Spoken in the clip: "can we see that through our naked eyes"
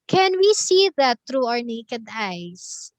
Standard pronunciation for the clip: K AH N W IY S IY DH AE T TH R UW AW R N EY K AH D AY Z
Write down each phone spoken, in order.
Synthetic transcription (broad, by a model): K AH N W IY S IY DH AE T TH R UW AW R N EY K AH D AY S